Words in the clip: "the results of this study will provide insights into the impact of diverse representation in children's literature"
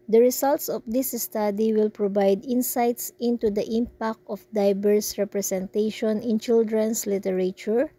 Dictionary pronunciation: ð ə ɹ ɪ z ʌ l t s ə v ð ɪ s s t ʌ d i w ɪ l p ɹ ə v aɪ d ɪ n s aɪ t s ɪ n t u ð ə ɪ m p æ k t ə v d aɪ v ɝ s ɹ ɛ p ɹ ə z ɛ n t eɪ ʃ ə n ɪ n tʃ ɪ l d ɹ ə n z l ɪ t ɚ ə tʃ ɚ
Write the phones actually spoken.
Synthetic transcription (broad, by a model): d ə ɹ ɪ s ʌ l t s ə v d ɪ s s t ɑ d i w ɪ l p ɹ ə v aɪ d ɪ n s aɪ t s ɪ n t u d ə ɪ m p æ k t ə f d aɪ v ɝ s ɹ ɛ p ɹ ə s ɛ n t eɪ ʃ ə n ɪ n tʃ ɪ l d ɹ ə n s l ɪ t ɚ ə tʃ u